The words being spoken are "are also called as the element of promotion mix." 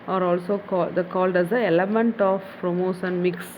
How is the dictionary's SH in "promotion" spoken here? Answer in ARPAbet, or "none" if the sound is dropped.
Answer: S